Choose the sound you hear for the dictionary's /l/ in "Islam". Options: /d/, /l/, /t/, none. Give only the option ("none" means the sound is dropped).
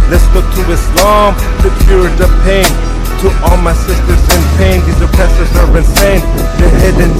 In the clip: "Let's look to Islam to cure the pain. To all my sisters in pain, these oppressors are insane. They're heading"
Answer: /l/